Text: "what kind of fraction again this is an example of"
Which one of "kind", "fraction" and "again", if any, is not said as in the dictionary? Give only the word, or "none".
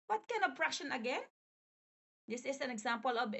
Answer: fraction